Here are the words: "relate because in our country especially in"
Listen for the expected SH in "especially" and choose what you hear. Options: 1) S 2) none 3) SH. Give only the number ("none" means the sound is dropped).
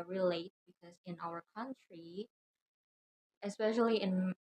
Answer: 3